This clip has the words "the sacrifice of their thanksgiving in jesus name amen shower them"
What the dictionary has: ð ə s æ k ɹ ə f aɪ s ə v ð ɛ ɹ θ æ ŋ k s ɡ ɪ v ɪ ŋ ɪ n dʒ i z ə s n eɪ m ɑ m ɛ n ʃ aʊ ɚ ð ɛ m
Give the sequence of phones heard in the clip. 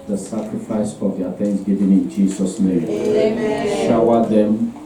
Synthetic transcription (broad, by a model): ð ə s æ k ɹ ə f aɪ s ə v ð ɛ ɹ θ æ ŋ s ɡ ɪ v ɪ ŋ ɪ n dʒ i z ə s n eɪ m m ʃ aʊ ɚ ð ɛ m